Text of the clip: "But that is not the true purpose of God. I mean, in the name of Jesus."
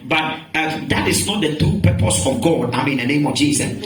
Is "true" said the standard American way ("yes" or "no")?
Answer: no